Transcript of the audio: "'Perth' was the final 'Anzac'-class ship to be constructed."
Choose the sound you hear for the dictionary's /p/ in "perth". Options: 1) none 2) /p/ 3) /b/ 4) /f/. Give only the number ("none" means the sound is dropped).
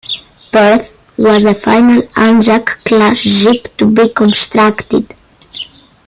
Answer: 3